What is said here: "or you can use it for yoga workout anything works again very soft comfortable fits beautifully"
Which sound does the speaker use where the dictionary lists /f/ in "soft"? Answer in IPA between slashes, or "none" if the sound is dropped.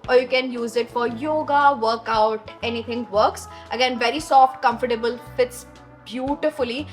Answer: /f/